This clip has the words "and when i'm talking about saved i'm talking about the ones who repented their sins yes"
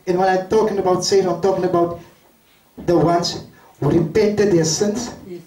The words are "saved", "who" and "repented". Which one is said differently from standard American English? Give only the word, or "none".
saved